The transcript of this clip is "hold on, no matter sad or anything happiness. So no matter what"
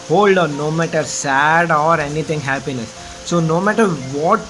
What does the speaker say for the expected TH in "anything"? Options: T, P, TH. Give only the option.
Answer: T